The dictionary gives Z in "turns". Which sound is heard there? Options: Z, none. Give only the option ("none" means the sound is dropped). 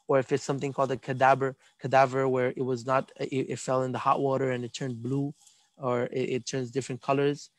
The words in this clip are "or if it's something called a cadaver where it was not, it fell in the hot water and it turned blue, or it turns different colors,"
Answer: Z